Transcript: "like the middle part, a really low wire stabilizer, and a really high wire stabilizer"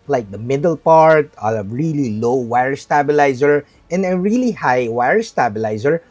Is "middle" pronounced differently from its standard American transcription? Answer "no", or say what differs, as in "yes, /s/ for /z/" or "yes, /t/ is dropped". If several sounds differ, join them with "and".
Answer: no